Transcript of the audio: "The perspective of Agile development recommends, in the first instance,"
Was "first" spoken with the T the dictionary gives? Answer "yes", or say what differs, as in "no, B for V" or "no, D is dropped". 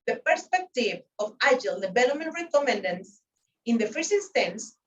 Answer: no, T is dropped